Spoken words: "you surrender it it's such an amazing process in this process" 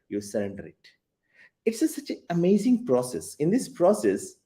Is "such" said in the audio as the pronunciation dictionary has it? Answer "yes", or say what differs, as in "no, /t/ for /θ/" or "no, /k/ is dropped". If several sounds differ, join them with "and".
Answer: no, /s/ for /tʃ/